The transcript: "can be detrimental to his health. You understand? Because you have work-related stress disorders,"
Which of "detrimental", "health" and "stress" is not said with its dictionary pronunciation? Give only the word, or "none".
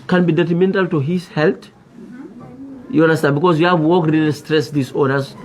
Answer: health